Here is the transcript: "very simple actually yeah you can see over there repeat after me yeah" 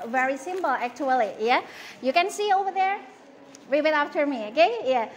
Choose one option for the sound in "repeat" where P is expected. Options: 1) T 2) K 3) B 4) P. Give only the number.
3